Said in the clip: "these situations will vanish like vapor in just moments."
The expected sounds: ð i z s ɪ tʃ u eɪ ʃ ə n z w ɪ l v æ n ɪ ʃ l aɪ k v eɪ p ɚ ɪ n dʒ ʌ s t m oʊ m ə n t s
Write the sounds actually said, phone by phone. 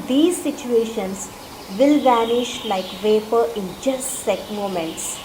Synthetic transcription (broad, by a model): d i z s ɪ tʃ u eɪ ʃ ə n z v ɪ l v æ n ɪ ʃ l aɪ k v eɪ p ɚ ɪ n dʒ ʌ s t m oʊ m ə n t s